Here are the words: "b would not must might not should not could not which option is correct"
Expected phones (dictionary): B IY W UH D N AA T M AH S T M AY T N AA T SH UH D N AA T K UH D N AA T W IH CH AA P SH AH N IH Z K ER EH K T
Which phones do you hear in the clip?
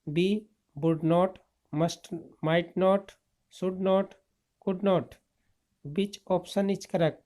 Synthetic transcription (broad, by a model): B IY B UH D N AA T M AH S T M AY T N AA T S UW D N AA T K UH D N AA T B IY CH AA P S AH N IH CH K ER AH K